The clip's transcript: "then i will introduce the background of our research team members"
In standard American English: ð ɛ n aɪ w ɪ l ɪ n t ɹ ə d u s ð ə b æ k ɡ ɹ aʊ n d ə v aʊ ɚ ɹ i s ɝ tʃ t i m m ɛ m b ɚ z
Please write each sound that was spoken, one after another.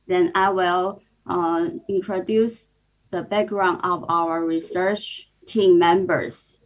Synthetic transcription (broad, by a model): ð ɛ n aɪ w ɪ l ɪ n t ɹ ə d u s ð ə b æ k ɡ ɹ aʊ n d ə v aʊ ɚ ɹ i s ɝ tʃ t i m m ɛ m b ɚ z